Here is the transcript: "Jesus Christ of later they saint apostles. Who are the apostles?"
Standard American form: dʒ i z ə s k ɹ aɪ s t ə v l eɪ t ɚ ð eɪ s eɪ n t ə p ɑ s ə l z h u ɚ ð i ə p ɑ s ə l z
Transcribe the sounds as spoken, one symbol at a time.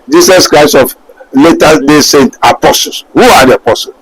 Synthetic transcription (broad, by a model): dʒ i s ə s k ɹ aɪ s t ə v l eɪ t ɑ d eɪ s eɪ n t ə p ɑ s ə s h u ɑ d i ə p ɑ s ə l